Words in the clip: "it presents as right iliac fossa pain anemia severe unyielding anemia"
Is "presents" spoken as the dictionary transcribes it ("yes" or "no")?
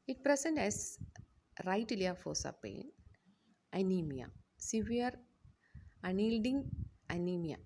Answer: no